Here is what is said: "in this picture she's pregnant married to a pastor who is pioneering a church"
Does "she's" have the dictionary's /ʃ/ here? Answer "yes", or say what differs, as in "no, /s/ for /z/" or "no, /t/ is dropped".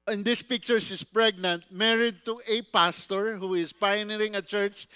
no, /s/ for /ʃ/